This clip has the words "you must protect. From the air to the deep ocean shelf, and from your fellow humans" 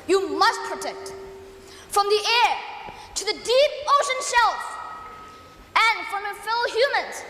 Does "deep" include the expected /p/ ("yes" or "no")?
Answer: yes